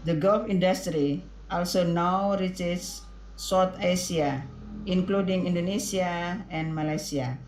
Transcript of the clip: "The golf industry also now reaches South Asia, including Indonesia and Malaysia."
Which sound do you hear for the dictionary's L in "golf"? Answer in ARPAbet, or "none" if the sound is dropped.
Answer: L